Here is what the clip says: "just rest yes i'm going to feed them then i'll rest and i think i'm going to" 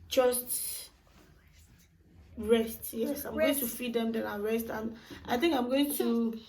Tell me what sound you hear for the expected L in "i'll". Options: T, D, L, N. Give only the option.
N